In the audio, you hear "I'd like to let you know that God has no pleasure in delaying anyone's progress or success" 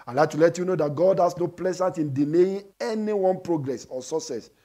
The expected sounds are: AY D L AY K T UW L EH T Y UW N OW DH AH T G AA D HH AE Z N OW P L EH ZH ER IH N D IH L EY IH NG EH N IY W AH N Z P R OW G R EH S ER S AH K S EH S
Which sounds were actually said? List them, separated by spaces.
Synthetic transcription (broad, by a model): AY L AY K T UW L EH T Y UW N OW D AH T G AA D HH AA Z N OW P L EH Z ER IH N D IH N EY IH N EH N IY W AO N P R OW G R EH S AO S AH S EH S